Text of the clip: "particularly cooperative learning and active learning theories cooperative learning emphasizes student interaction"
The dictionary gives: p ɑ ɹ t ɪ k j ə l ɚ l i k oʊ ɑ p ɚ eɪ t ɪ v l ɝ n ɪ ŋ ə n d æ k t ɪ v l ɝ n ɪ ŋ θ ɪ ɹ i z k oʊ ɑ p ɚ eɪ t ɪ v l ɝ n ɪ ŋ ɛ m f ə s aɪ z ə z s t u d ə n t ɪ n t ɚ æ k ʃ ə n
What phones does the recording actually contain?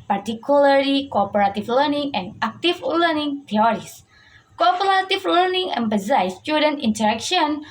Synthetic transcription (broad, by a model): p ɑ ɹ t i k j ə l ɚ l i k oʊ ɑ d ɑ t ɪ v l ɝ n ɪ ŋ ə n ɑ k t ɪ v l ɝ n ɪ ŋ t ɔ ɹ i s k oʊ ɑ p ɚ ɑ t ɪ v l ɝ n ɪ ŋ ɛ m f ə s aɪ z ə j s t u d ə n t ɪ n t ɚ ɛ k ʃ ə n